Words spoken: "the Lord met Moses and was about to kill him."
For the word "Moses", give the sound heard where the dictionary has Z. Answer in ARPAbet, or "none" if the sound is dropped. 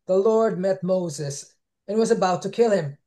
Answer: Z